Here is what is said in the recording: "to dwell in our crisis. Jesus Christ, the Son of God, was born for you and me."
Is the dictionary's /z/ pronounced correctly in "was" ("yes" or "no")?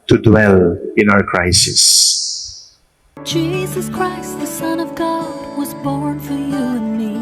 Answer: yes